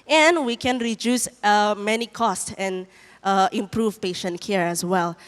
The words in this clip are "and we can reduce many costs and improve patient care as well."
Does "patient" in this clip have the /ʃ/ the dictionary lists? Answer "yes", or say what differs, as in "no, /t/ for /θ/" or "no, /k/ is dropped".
yes